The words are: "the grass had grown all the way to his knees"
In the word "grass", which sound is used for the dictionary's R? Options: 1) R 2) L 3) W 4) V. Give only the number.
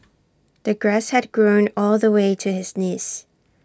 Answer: 1